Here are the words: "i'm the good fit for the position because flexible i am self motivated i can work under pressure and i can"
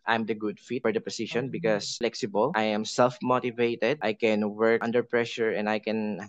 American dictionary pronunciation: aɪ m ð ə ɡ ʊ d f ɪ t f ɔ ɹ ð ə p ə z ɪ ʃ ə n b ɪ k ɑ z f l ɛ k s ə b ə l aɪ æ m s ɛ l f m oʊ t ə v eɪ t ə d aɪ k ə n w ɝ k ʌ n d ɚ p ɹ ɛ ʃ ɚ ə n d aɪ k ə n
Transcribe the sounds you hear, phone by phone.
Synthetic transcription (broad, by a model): aɪ m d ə ɡ ʊ d f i t f ɔ ɹ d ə p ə s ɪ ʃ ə n b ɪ k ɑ s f l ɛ k s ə b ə l aɪ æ m s ɛ l f m oʊ t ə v eɪ t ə d aɪ k ə n w ɝ k ʌ n d ɚ p ɹ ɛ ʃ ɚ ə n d aɪ k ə n